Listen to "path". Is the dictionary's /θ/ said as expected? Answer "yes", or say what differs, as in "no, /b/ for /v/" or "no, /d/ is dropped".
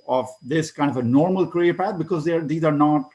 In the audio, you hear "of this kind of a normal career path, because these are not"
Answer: no, /t/ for /θ/